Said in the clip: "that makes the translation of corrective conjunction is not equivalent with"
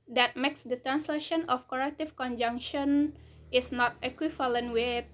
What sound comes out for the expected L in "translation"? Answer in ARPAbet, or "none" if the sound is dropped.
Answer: L